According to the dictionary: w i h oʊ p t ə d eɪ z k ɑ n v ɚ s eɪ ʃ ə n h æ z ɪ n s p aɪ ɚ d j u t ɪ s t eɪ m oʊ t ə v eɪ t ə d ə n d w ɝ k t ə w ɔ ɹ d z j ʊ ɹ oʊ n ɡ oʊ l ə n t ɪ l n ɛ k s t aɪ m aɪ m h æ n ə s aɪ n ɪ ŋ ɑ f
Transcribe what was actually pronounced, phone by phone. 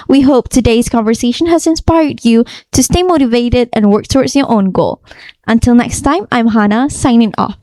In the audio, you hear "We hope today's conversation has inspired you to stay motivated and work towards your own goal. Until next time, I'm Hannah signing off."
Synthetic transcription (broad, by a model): w i h oʊ p t ə d eɪ z k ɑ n v ɚ s eɪ ʃ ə n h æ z ɪ n s p aɪ ɚ d j u t ɪ s t eɪ m oʊ t ə v eɪ t ə d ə n w ɝ k t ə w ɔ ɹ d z j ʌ ɹ oʊ n ɡ oʊ l ə n t ɪ l n ɛ k s t aɪ m aɪ m h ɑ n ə s aɪ n ɪ ŋ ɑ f